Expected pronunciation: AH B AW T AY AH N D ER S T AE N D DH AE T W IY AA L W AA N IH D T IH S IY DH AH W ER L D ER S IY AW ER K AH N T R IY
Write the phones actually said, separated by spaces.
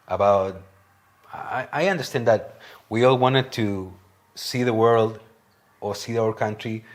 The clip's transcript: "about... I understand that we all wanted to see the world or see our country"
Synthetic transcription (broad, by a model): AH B AW T AY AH N D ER S T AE N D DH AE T W IY AA L W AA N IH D T IH S IY DH AH W ER L D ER S IY AW ER K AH N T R IY